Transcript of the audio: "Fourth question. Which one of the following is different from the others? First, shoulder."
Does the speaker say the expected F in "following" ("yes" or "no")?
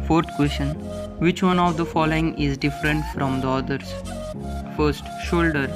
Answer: yes